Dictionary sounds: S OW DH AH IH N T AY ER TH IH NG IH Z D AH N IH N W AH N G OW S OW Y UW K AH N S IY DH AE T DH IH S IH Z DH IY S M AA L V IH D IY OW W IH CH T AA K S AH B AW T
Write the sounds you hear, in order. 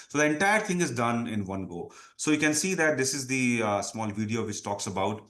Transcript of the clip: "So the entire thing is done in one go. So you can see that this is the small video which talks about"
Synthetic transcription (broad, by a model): S OW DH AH IH N T AY ER T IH NG IH Z D AH N IH N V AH N G OW S OW Y UW K AH N S IY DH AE T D IH S IH Z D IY S M AA L V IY D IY OW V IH CH T AA K S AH B AW T